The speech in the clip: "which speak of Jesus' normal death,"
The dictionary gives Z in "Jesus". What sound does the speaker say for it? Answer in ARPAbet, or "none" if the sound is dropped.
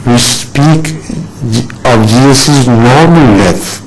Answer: S